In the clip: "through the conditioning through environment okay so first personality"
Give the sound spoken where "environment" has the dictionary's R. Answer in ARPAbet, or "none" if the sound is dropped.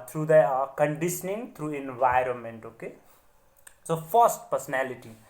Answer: R